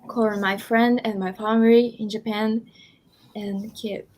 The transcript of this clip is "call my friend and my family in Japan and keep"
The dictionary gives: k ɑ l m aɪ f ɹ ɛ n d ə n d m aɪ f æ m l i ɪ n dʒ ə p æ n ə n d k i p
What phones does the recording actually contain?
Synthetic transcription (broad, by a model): k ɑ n m aɪ f ɹ ɛ n d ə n m aɪ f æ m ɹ i ɪ n dʒ ə p æ n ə n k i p